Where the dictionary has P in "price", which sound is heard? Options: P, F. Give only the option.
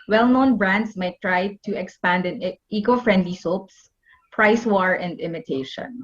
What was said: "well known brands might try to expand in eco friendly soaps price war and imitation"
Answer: P